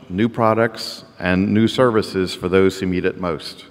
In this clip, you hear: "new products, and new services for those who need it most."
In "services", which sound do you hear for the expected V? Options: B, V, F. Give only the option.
V